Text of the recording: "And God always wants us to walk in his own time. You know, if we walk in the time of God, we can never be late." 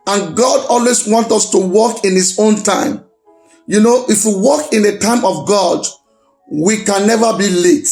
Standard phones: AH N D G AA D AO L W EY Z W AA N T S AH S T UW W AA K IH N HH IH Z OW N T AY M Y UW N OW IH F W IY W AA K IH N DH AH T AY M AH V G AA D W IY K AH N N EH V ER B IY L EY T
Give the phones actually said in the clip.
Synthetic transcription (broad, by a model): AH N G AA D AO L W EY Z W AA N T AH S T UW W AA K IH N HH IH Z OW N T AY M Y UW N OW IH F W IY W AA K IH N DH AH T AY M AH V G AA D W IY K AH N N EH V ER B IY L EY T